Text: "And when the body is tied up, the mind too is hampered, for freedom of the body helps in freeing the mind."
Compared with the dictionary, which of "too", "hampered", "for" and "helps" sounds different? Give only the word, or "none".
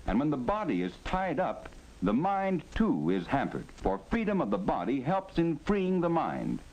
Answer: none